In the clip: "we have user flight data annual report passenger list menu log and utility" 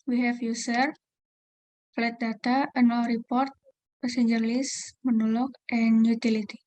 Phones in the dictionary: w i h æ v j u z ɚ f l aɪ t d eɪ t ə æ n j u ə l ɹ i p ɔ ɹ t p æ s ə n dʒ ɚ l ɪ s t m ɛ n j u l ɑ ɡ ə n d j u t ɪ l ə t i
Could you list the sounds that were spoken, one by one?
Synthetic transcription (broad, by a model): w i h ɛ f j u s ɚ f l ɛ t d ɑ t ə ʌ n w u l ɹ i p ɔ ɹ t p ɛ s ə n dʒ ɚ l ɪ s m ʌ n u l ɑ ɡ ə n j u t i l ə t i